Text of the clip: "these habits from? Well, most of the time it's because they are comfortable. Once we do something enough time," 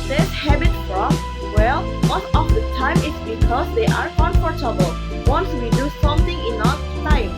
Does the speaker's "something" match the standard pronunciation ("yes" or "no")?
no